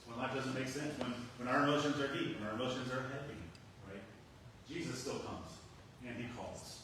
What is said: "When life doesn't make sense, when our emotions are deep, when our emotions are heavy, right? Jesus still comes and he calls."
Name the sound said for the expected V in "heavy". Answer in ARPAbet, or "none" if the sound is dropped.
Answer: P